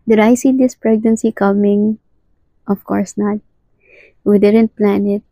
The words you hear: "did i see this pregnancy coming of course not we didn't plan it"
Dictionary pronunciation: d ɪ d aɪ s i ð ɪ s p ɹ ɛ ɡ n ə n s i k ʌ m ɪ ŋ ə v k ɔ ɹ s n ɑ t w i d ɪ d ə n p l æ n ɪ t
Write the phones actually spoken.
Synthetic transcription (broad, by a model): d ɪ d aɪ s i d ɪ s p ɹ ɛ ɡ n ə n s i k ʌ m ɪ ŋ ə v k ɔ ɹ s n ɑ t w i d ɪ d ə n p l æ n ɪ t